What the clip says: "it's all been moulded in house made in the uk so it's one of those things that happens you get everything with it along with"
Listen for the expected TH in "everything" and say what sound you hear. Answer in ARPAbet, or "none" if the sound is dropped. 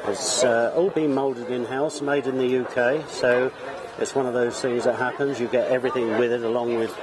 TH